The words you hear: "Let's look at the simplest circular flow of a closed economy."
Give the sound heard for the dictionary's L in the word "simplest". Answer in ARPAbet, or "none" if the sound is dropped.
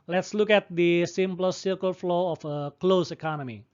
none